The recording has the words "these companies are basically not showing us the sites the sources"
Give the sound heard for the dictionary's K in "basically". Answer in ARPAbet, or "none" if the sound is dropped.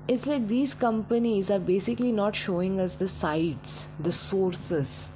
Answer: K